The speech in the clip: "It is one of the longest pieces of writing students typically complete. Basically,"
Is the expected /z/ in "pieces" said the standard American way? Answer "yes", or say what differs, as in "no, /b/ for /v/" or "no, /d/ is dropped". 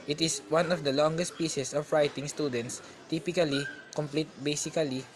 no, /s/ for /z/